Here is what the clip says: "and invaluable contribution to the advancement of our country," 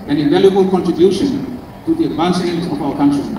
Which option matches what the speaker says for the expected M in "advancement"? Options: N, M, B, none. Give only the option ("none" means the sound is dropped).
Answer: none